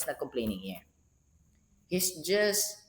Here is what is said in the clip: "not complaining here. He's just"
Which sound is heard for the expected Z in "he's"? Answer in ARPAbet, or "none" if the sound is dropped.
S